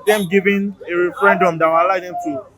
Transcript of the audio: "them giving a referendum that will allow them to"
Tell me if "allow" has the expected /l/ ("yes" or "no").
no